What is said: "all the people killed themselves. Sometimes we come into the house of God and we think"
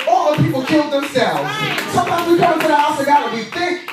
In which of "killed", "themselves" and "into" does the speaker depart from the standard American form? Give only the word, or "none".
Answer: into